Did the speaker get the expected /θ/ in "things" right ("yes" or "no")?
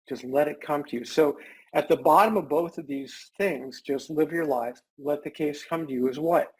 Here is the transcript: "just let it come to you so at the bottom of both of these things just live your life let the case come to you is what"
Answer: yes